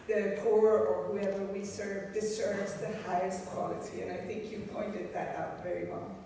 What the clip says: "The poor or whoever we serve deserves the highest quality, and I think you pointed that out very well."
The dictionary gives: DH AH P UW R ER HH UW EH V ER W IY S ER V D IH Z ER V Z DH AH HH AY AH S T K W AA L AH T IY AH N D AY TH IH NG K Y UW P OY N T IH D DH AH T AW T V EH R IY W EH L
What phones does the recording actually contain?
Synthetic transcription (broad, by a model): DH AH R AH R ER HH UW EH V ER W IY S ER V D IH S ER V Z DH AH HH AY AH S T K W AA L AH T IY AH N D AY TH IH NG K Y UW P OY N T IH D DH AH T AW T V EH R IY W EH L